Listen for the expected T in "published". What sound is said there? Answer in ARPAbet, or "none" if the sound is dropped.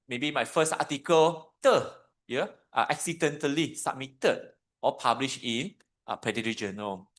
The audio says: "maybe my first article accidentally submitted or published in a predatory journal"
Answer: none